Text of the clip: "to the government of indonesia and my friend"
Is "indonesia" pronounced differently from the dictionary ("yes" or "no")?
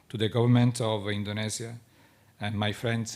yes